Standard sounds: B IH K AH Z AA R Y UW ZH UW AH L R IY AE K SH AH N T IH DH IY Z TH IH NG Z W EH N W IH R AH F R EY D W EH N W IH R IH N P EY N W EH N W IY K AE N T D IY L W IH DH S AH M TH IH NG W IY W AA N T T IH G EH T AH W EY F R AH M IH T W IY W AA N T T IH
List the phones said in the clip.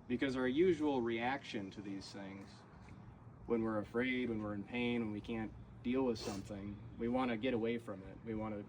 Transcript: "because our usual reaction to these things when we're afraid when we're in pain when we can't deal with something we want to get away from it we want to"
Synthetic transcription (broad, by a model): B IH K AH Z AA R Y UW ZH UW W L R IY AE K SH AH N T IH DH IY Z TH IH NG Z W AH N W IH R AH F R EY D W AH N W IH R IH N P EY N W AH N W IY K AE N D IY L W IH DH S AH M TH IH NG W IY W AA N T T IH G EH T AH W EY F R AH M IH T W IY W AA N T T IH